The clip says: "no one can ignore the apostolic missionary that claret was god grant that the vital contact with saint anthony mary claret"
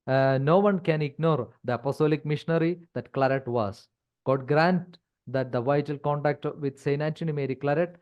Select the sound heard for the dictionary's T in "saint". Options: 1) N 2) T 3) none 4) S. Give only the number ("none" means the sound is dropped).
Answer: 3